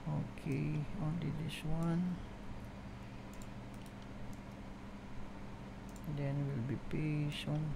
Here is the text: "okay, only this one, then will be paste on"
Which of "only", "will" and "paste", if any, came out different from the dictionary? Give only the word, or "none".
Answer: paste